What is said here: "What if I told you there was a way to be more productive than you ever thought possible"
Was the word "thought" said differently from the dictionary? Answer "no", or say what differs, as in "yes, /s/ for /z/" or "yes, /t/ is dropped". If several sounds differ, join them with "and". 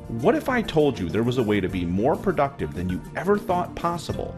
no